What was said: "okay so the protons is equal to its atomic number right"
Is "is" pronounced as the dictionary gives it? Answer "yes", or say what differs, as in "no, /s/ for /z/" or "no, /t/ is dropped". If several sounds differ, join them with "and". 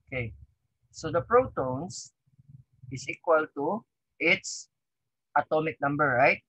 no, /s/ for /z/